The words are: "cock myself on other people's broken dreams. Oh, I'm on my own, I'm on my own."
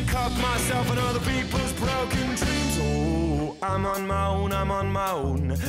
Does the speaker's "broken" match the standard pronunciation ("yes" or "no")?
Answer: yes